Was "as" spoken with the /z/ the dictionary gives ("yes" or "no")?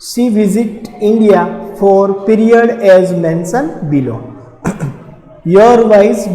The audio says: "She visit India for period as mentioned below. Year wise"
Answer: yes